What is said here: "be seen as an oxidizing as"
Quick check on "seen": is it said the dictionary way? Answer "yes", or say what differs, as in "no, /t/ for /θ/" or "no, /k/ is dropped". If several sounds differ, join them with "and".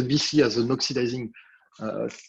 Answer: no, /n/ is dropped